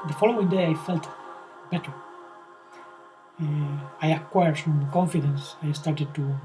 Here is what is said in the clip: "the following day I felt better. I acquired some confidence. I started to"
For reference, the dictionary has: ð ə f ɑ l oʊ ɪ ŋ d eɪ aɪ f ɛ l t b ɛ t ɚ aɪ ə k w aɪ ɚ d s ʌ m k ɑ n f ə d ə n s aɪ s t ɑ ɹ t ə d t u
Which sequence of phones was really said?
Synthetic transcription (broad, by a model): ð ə f ɑ l oʊ ɪ ŋ d eɪ aɪ f ɛ l t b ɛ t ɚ aɪ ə k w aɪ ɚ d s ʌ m k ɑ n f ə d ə n s aɪ s t ɑ ɹ t ə d t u